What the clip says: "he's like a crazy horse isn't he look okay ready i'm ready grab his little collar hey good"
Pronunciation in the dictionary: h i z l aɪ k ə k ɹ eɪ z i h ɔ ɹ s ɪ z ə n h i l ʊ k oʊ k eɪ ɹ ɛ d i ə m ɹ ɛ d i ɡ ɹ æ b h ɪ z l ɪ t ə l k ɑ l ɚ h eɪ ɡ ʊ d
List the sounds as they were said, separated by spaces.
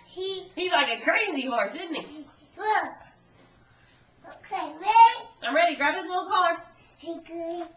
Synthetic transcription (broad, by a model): h i z l aɪ k ə k ɹ eɪ z i h ɔ ɹ s ɪ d n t i w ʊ oʊ k eɪ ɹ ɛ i ə m ɹ ɛ d i ɡ ɹ æ b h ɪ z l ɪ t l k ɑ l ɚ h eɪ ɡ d